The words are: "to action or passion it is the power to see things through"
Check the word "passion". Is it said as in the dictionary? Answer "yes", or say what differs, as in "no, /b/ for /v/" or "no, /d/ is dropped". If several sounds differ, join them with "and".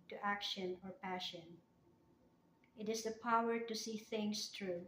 yes